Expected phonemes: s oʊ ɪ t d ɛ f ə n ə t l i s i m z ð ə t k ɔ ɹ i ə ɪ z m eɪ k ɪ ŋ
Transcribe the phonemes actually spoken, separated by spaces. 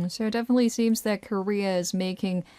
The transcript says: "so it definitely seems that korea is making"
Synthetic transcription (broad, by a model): s oʊ ɪ t d ɛ f ə n ə t l i s i m z ð ə t k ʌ ɹ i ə ɪ z m eɪ k ɪ ŋ